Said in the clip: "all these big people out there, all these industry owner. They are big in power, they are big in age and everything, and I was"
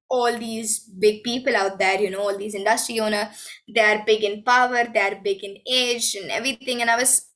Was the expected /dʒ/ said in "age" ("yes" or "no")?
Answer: yes